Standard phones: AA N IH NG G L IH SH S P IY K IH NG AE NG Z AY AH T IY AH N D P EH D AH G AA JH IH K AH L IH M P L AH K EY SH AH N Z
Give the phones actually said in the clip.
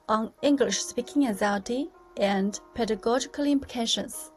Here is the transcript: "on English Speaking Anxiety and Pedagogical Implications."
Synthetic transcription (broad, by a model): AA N IH NG G L IH SH S P IY K IH NG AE Z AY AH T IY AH N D P EH D AH G AA JH IH K AH L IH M P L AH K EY SH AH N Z